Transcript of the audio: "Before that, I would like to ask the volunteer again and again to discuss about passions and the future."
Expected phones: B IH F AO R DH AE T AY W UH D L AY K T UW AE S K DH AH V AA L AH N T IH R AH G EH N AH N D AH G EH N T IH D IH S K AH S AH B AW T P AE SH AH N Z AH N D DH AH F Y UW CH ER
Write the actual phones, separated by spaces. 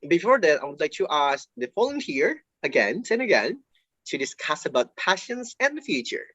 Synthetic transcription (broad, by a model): B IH F AO R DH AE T AY W UH D L AY K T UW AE S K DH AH F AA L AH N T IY R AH G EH N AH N AH G EH N T IH D IH S K AH S AH B AW T P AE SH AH N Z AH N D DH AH F Y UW CH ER